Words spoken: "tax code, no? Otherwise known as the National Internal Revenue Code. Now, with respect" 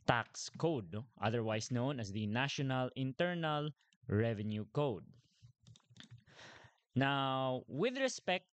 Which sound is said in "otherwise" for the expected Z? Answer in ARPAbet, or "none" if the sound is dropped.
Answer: S